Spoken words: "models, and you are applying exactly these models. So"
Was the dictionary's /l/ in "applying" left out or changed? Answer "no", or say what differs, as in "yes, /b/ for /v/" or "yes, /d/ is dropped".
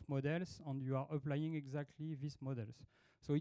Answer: no